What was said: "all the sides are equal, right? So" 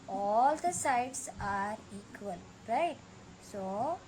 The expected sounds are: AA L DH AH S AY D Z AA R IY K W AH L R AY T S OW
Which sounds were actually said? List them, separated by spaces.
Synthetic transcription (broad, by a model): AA L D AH S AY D S AA R IY K W AH L R AY T S OW